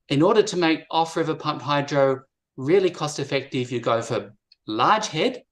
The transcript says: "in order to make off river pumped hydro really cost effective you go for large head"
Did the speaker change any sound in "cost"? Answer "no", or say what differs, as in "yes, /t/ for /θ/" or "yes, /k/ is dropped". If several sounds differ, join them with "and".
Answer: no